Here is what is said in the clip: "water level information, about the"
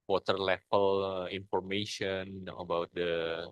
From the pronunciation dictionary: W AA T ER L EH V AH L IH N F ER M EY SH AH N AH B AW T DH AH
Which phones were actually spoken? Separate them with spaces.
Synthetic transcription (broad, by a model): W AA T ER L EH P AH L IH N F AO M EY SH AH N AH B AW T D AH